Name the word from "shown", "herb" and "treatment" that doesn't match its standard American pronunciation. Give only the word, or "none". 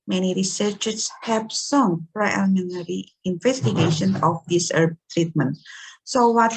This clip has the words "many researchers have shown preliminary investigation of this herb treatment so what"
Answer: shown